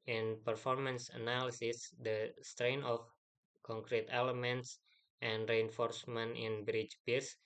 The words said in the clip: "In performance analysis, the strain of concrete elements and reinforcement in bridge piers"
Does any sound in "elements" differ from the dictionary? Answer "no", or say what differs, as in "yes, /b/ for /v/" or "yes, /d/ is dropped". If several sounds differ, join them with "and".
no